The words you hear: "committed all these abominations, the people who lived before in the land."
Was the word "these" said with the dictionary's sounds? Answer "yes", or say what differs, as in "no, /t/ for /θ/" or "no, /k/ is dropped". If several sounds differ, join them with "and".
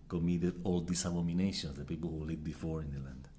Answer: no, /s/ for /z/